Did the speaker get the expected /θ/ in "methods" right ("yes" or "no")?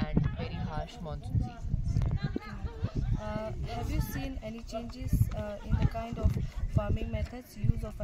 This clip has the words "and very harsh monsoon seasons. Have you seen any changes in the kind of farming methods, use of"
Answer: no